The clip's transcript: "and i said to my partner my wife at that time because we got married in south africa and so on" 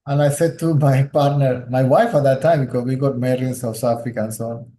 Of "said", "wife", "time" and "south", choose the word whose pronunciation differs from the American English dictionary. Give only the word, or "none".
south